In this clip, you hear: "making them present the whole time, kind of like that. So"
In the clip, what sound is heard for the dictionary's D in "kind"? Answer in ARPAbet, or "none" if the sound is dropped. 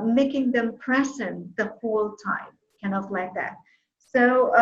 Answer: none